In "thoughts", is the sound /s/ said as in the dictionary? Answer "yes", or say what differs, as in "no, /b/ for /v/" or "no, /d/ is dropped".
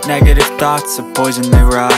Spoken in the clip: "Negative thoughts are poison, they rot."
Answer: yes